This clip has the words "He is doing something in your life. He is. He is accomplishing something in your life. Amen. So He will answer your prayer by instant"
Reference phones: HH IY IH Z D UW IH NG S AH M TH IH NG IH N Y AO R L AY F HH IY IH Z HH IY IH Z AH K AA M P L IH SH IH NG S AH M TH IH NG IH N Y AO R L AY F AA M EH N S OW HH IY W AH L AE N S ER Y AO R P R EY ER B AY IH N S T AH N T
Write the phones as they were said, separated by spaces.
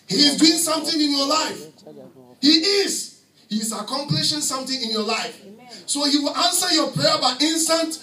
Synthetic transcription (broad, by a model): HH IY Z D UW IH NG S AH M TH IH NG IH N Y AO L AY F HH IY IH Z HH IY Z AH K AA M P L IH SH IH NG S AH M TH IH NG IH N Y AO L AY F S OW HH IY W AH L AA N S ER Y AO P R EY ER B AY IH N S T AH N T